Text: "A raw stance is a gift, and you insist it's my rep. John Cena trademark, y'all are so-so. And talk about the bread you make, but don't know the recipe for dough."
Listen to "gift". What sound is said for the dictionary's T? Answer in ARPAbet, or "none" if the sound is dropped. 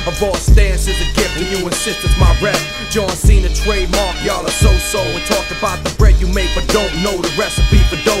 none